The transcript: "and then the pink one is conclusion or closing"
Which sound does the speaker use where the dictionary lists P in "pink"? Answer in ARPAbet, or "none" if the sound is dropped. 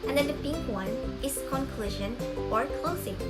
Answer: B